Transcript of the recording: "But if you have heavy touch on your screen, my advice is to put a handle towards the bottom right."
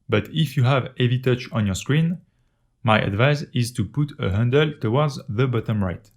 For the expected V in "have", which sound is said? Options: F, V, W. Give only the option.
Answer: V